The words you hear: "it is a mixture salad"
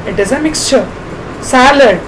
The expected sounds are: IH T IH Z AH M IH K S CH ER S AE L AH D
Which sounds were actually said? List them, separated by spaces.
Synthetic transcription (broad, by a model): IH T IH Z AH M IH K S CH ER S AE L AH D